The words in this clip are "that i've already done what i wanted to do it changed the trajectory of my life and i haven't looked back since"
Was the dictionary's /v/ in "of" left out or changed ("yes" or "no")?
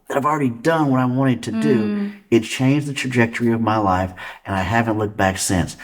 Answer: no